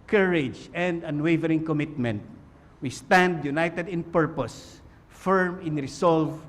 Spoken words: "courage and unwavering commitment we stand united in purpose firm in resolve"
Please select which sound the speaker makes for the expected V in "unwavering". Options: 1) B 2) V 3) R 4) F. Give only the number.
2